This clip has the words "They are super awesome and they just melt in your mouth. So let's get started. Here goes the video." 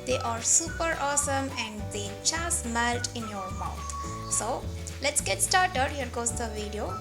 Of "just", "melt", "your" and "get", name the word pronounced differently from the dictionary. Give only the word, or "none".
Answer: just